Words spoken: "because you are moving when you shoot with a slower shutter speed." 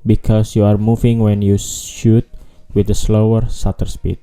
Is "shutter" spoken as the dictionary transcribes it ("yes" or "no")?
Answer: no